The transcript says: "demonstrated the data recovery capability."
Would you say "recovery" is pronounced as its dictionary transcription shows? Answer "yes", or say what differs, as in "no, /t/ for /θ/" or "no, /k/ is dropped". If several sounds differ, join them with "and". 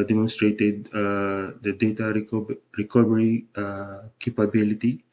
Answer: no, /b/ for /v/